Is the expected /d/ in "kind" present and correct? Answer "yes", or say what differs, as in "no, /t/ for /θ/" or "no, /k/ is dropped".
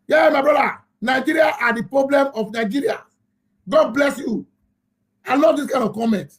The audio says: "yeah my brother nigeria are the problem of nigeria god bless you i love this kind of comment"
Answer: no, /d/ is dropped